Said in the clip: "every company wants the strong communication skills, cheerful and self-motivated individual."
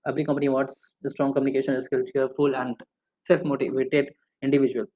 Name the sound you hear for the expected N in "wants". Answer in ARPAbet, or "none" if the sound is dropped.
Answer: none